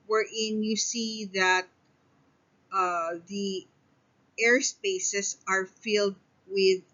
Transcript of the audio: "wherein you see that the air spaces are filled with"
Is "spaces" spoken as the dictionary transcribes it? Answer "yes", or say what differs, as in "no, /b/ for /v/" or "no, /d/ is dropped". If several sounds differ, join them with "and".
no, /s/ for /z/